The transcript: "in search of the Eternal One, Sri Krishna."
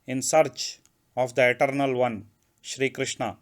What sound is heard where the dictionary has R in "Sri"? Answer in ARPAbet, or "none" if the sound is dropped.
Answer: R